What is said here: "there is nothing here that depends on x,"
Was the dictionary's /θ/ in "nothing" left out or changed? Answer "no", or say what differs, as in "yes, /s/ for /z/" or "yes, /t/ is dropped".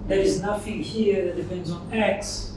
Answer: yes, /f/ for /θ/